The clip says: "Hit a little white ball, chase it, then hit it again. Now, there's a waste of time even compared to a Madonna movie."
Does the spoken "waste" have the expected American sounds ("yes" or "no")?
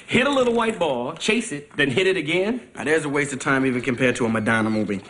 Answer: yes